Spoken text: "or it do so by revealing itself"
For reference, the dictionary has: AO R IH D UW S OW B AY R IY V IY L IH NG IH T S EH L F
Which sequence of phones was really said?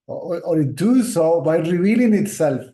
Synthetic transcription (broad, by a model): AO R IH D UW S OW B AY R IY V IY L IH NG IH T S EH L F